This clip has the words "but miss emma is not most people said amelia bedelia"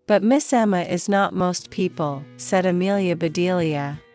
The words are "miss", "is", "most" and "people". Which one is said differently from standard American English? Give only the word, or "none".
none